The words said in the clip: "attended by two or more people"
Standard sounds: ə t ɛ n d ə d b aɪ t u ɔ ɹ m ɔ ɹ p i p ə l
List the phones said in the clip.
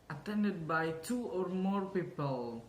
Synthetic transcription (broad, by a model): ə t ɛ n d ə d b aɪ t u ɔ ɹ m ɔ ɹ p i p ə l